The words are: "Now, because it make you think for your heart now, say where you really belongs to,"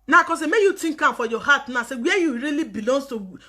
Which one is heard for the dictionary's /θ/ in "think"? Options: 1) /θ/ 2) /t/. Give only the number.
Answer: 2